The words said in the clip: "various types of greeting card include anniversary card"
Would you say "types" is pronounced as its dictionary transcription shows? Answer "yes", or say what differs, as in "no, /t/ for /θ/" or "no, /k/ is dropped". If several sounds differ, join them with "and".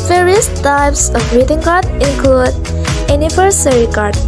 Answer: yes